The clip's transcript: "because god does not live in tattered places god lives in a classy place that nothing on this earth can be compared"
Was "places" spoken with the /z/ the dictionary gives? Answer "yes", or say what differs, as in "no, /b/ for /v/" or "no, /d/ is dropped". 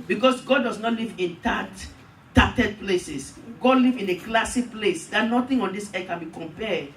no, /s/ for /z/